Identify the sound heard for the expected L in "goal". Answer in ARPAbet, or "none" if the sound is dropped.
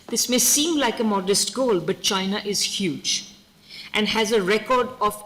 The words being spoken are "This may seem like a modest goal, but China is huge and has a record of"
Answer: L